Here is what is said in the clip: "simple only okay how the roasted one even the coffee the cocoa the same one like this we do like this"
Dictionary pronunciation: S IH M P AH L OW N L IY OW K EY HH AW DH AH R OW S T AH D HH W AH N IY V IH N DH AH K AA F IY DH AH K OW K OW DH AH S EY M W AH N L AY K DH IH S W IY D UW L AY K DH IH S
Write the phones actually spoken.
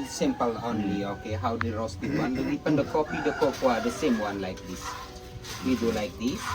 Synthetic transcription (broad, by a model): S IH M P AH L OW N L IY OW K EY HH AW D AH R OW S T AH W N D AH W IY P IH N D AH K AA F IY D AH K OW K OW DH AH S EY M W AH N L AY K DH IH S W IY D UW L AY K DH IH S